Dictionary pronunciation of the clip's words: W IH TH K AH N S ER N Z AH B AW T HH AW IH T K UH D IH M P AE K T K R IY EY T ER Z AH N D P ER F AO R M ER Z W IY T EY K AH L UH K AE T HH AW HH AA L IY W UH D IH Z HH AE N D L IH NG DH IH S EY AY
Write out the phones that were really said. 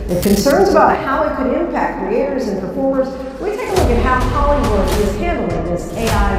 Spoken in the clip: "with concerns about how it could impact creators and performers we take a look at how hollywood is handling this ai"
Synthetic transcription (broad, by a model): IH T K AH N S ER N Z AH B AW T HH AW IH T K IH D IH M P AE K T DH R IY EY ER Z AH N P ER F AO R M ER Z W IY T EY K AH L UH K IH T HH AW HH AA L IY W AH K IH Z HH AE N D L IH NG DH IH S EY AY